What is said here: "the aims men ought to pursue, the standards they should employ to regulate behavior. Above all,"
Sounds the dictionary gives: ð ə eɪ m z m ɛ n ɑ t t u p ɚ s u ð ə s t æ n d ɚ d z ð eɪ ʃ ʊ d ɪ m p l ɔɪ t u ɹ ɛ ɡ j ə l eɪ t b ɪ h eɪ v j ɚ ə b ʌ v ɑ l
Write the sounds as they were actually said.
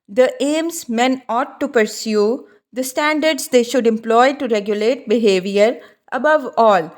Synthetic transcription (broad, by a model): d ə eɪ m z m ɛ n ɑ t t u p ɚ s u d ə s t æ n d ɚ d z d eɪ ʃ ʊ d ɪ m p l ɔɪ t u ɹ ɛ ɡ j ə l eɪ t b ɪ h eɪ v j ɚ ə b ʌ v ɑ l